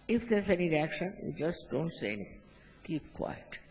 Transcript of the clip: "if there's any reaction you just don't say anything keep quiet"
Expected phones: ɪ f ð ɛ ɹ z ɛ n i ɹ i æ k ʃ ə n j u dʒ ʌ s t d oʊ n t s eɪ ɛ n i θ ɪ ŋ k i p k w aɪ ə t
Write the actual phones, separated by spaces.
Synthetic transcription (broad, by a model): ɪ f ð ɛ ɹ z ɛ n i ɹ i æ k ʃ ə n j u dʒ ʌ s t d oʊ n t s eɪ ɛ n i t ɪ ŋ k i p k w aɪ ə t